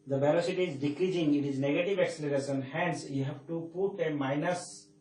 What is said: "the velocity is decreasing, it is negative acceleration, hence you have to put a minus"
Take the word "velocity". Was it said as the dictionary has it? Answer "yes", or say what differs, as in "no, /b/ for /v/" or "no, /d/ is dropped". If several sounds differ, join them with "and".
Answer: no, /b/ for /v/